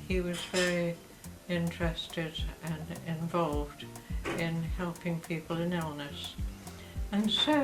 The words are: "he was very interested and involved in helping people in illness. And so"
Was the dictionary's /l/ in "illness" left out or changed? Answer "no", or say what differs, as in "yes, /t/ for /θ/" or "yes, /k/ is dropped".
no